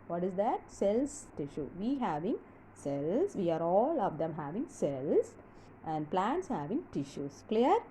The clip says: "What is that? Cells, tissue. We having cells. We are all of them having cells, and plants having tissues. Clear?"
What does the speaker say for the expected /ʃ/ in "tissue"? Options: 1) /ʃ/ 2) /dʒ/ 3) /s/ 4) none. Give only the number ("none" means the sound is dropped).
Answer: 1